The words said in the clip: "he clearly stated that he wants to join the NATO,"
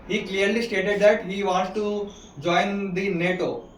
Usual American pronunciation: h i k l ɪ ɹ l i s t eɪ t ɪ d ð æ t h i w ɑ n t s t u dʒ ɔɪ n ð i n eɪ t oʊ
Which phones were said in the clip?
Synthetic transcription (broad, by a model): h i k l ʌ ɹ l i s t eɪ t ɪ d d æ t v i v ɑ n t t u dʒ ɔɪ n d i n eɪ t oʊ